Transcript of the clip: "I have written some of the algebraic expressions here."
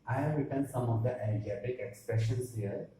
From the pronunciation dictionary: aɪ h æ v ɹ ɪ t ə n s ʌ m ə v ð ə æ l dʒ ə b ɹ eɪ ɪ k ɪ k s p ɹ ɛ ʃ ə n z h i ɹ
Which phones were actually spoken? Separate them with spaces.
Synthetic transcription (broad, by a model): aɪ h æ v ɹ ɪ t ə n s ʌ m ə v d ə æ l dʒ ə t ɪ k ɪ k s p ɹ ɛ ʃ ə n s h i ɹ